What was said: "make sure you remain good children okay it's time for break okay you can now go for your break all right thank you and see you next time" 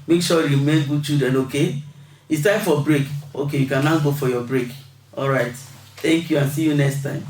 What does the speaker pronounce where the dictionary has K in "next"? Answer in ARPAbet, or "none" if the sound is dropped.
K